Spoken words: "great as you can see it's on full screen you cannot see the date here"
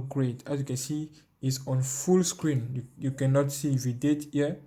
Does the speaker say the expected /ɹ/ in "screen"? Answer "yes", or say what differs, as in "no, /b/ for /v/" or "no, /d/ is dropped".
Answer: yes